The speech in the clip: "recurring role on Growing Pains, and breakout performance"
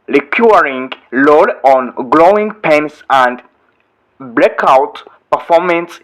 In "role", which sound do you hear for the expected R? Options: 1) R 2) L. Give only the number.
2